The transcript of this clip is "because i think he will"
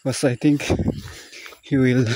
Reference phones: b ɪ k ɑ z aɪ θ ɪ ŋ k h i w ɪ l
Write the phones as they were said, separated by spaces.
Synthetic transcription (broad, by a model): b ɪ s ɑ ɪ t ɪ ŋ k h i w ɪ l